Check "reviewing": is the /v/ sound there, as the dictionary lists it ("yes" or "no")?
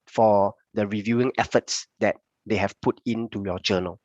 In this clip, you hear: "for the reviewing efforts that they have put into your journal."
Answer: yes